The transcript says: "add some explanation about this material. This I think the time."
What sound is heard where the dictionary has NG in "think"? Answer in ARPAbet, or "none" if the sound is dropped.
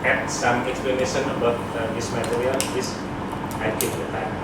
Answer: none